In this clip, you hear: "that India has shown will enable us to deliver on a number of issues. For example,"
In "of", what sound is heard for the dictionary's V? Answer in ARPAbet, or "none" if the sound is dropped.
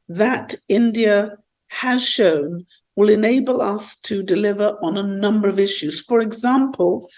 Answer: V